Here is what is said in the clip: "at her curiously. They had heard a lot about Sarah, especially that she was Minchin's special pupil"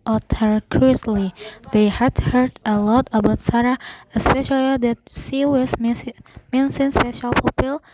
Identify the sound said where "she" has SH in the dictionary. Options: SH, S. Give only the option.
S